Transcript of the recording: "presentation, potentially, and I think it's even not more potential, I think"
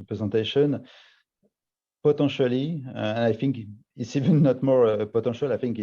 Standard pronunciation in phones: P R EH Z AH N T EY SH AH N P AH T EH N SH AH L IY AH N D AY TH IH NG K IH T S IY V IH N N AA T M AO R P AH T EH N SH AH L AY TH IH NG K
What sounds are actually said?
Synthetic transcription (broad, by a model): P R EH Z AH T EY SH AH N P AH T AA SH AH L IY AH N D AY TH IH NG K IH T S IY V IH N N AA T M AO R P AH T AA SH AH L AY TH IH NG K